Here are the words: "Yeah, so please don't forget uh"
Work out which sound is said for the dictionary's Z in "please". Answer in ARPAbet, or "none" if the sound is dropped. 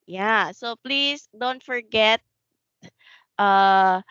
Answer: S